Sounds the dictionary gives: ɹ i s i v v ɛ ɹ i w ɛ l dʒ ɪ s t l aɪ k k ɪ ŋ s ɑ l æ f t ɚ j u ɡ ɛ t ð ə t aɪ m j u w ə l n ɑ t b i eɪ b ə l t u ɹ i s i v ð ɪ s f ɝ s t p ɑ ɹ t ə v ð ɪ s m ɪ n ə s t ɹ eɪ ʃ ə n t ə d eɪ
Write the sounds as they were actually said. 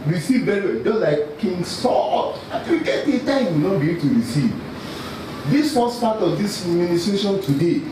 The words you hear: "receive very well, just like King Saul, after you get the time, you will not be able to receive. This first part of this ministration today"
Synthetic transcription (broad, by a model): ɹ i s i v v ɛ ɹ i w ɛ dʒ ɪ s l aɪ k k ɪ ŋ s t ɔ t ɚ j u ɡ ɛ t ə t aɪ m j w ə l n ɑ t b i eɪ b t u ɹ i s i v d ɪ s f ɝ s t p ɑ t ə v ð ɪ s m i n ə s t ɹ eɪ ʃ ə n t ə d eɪ